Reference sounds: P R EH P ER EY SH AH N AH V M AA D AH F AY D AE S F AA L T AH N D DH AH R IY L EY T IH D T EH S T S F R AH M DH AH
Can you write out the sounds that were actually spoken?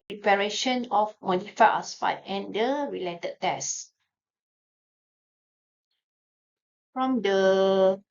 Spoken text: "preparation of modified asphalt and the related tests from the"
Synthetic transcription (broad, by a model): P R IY P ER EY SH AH N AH F M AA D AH F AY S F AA T AH N D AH R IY L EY T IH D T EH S S F R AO M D AH